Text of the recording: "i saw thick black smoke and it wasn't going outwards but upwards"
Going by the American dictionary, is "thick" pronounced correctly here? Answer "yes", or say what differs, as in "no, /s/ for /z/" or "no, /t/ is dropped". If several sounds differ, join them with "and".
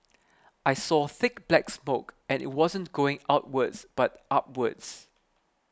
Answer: yes